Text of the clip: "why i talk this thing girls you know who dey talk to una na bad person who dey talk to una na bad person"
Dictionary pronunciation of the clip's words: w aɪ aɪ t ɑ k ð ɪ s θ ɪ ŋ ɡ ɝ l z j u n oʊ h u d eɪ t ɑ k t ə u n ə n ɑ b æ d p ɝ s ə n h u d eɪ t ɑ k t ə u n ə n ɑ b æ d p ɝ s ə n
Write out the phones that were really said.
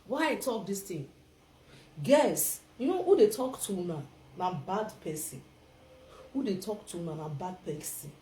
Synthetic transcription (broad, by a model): w aɪ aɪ t ɑ k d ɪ s t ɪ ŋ ɡ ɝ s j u n oʊ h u d eɪ t ɑ k t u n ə n ɑ b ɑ d p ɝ s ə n h u d eɪ t ɑ k t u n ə n ɑ b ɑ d p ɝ s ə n